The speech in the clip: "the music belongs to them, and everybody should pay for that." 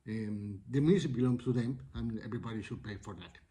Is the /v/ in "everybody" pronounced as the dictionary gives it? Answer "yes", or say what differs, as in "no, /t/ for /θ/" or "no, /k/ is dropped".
no, /b/ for /v/